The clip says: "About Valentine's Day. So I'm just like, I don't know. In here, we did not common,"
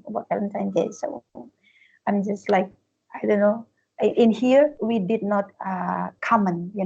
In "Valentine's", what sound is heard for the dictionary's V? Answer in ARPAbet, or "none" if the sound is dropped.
F